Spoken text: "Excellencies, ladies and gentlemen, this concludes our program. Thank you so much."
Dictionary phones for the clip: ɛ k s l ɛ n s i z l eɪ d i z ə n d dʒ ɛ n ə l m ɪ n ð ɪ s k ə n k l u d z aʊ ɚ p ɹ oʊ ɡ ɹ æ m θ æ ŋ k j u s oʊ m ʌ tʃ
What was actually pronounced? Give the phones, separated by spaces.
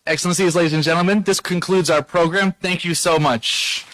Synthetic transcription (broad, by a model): ɛ k s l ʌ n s i z l eɪ d i z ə n dʒ ɛ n l m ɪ n ð ɪ s k ə n k l u d z aʊ ɚ p ɹ oʊ ɡ ɹ æ m θ æ ŋ k j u s oʊ m ʌ tʃ